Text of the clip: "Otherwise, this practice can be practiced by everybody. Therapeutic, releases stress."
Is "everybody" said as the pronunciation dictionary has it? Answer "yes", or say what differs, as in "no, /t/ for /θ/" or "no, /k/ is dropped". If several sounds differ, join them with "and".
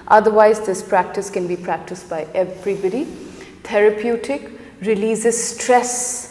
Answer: no, /b/ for /v/